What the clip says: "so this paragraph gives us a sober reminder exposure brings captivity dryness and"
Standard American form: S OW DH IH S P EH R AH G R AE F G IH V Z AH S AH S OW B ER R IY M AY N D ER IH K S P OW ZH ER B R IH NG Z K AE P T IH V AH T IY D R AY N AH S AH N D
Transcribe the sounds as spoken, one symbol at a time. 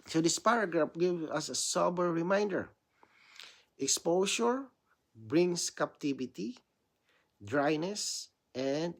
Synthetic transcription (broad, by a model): S OW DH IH S P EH R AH G R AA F G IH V AH S AH S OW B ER R IY M AY N D ER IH K S P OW SH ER B R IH NG S K AE P T IH V AH T IY D R AY N AH S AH N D